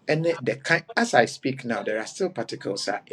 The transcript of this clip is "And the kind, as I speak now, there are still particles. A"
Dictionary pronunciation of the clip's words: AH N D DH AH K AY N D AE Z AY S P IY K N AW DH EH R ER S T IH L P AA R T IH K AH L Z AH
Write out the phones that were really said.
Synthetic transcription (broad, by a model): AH N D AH K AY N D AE S AY S P IY K N AW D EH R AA S T IH L P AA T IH K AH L S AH